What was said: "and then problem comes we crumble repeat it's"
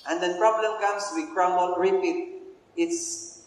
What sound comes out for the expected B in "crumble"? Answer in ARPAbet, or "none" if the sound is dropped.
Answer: none